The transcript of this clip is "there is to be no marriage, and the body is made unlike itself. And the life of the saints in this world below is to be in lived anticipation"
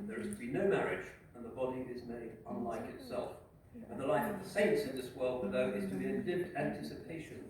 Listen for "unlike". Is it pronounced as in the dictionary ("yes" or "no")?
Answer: yes